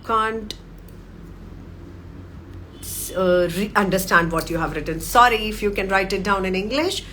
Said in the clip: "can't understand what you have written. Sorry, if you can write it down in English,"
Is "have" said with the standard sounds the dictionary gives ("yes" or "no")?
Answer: yes